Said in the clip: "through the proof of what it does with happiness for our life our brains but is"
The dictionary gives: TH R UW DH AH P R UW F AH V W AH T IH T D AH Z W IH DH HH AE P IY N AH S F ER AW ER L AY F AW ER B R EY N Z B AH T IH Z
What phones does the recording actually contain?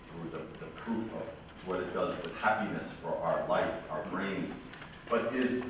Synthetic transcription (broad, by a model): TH R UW DH AH P R UW F AH V W AH T IH T D AH Z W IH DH HH AE P IY N AH S F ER AW ER L AY F AW ER B R EY N Z B AH T IH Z